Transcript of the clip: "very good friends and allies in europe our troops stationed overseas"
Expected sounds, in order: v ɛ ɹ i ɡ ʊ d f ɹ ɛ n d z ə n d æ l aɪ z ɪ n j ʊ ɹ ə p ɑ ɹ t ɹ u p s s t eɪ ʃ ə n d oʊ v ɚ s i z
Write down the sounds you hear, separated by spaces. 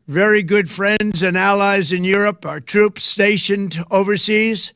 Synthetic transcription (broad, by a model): v ɛ ɹ i ɡ ʊ d f ɹ ɛ n d z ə n æ l aɪ z ɪ n j ʊ ɹ ə p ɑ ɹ t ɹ u p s s t eɪ ʃ ə n d oʊ v ɚ s i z